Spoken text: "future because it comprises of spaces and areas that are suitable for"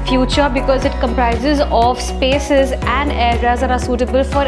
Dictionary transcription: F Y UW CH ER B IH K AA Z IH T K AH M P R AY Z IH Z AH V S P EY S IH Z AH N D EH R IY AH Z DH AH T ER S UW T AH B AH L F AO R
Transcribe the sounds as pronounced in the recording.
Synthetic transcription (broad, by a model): F Y UW CH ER B IH K AA Z IH T K AH M P R AY Z IH Z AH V S P EY S IH Z AH N D EH R IY AH Z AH T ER S UW T AH B AH L F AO R